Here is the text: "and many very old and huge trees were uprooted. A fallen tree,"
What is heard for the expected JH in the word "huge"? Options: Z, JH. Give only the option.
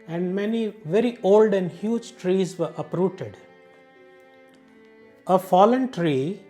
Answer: JH